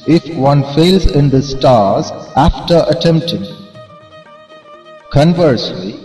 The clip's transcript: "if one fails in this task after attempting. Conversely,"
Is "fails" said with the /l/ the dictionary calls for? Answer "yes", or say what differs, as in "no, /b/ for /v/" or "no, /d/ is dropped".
yes